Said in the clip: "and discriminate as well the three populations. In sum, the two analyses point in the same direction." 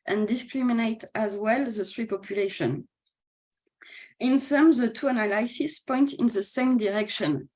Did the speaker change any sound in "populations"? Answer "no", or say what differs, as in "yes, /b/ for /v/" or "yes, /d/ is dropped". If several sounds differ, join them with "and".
yes, /z/ is dropped